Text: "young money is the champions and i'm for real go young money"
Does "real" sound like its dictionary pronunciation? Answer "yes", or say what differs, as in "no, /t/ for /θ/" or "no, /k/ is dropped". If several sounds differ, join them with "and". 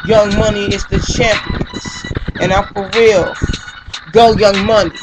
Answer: no, /w/ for /ɹ/